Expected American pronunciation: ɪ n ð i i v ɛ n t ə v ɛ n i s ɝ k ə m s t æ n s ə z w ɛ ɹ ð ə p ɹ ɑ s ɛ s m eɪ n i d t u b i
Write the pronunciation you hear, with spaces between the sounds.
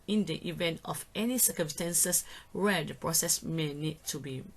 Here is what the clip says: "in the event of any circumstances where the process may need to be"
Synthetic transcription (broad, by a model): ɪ n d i i v ɛ n t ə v ɛ n i s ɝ k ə m s t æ n s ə s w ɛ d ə p ɹ ɑ s ɛ s m eɪ n i d t u b i